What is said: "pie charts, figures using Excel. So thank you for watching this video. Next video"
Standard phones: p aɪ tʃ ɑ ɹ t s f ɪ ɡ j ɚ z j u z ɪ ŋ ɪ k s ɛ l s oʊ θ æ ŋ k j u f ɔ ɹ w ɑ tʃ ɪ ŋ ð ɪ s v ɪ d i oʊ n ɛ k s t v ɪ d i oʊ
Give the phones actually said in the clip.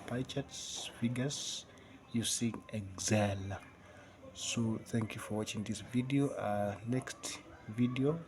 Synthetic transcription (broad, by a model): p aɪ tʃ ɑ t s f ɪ ɡ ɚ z j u s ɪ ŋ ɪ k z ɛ l s oʊ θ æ ŋ k j u f ɔ ɹ w ɑ tʃ ɪ ŋ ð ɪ s v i d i oʊ n ɛ k s t v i d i oʊ